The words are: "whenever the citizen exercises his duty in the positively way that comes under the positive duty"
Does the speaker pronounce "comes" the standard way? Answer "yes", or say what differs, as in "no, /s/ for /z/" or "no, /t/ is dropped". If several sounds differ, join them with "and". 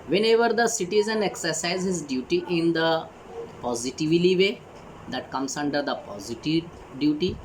no, /s/ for /z/